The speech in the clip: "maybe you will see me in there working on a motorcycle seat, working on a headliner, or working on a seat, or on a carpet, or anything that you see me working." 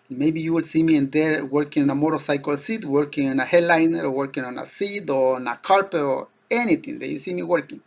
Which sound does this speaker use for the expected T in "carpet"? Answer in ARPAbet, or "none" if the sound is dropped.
none